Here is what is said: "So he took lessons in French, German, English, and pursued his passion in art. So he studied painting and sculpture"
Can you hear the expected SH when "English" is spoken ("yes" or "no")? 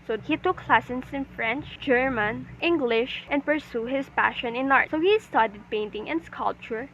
yes